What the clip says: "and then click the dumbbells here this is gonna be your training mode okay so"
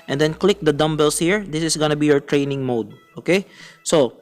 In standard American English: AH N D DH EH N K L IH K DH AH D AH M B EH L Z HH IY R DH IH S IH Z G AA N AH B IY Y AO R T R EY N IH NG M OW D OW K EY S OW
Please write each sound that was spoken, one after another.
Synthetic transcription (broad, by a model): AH N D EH N K L IH K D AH D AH M B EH L S HH IY R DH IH S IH S G AA N AH B IY Y AO R T R EY N IH NG M OW D OW K EY S OW